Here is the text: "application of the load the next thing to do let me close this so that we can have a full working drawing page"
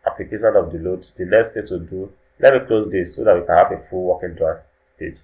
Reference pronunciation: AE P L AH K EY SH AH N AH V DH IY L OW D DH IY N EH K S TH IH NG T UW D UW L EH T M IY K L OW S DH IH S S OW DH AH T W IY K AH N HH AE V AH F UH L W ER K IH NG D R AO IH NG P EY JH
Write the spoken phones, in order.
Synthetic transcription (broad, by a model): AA P L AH K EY SH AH N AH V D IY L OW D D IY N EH S T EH T UW D UW L EH T M IY K L OW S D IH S S OW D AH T W IY K AH N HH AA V AH F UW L W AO K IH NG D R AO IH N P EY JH